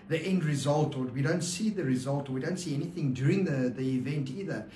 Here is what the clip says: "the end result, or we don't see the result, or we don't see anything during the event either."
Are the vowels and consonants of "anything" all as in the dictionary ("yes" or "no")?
yes